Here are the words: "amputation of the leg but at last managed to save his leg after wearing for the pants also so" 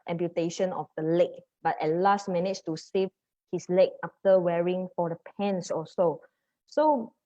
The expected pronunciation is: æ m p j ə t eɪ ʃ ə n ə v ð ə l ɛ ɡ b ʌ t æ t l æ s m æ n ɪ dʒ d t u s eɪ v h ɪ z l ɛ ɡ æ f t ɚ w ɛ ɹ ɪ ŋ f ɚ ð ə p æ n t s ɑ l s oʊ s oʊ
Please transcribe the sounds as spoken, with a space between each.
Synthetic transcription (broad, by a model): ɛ m p j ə t eɪ ʃ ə n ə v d ə l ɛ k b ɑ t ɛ t l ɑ s m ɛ n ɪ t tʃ t u s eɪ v h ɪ s l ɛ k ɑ f t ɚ w ɛ ɹ ɪ ŋ f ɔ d ə p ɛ n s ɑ s oʊ s oʊ